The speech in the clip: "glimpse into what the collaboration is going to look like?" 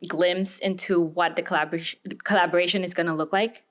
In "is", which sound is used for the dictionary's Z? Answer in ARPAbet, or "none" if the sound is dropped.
Z